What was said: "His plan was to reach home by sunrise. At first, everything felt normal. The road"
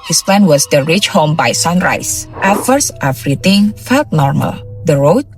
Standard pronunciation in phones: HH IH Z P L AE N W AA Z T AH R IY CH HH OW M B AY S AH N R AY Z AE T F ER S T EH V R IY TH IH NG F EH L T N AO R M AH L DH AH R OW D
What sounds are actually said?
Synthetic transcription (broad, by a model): HH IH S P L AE N W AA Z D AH R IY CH HH OW M B AY S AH N R AY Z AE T F ER S T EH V R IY T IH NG F EH L T N AO R M AH L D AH R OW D